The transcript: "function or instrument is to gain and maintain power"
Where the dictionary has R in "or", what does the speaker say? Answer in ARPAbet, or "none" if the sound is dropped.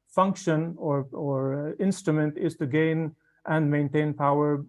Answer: R